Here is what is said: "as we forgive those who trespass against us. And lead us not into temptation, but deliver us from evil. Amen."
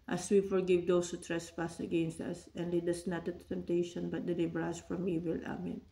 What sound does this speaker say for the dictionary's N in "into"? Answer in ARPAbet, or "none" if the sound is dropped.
none